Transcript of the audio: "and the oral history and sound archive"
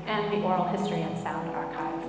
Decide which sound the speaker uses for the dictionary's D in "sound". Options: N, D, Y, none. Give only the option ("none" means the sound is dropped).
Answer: D